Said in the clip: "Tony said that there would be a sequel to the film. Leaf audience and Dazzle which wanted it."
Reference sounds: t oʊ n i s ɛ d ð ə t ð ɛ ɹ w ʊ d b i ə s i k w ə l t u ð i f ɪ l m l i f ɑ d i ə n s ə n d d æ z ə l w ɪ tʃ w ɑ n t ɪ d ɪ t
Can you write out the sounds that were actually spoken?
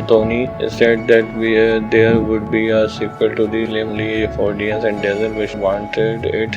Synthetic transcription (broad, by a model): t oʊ n i s ɛ d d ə t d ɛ ɹ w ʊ d b i ə s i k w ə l t u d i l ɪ m l i f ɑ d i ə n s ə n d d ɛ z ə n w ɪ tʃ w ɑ n t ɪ d ɪ t